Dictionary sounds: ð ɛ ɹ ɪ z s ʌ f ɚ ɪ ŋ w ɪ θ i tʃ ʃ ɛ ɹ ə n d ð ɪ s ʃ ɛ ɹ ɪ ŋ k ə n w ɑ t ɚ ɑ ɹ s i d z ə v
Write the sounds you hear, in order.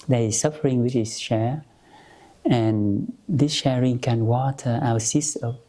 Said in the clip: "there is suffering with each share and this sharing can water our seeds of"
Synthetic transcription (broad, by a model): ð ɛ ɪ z s ʌ f ɚ ɪ ŋ w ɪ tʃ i s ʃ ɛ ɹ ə n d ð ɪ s ʃ ɛ ɹ ɪ ŋ k ə n w ɑ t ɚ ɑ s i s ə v